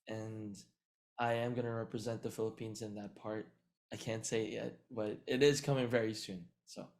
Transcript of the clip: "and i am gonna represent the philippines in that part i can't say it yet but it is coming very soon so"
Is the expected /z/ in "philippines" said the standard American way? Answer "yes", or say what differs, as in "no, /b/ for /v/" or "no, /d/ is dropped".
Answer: yes